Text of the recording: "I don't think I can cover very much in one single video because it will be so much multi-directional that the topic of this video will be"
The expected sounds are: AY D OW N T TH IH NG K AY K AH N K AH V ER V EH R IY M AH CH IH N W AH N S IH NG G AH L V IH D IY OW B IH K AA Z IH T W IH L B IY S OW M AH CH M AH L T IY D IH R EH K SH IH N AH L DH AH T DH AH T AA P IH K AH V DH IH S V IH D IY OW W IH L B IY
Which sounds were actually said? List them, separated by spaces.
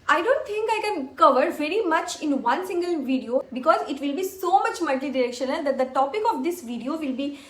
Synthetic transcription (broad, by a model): AY D OW N T T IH NG K AY K AH N K AH V ER V EH R IY M AH CH IH N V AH N S IH NG G AH L V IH D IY OW B IH K AA Z IH T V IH L B IY S OW M AH CH M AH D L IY D IH R EH K SH IH N AH L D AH T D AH T AA P IH K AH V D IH S V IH D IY OW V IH L B IY